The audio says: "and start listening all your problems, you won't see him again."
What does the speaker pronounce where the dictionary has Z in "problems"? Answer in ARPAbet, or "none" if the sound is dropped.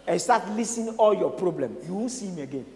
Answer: none